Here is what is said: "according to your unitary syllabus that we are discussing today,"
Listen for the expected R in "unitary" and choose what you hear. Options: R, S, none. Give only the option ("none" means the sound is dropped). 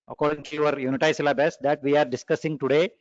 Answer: none